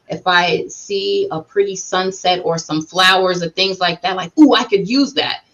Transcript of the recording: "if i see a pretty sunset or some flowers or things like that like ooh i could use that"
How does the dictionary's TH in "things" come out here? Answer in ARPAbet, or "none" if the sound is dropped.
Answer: TH